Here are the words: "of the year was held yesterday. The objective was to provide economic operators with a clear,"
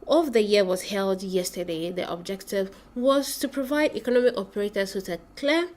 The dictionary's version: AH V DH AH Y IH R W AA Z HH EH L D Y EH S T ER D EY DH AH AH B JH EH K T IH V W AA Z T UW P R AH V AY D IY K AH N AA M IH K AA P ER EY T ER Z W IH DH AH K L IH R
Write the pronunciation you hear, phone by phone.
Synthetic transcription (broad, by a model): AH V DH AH Y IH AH W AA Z HH EH L D Y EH S T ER D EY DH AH AH B JH EH K T IH V W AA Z T UW P R AH V AY D IY K AH N AA M IH K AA P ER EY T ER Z W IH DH AH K L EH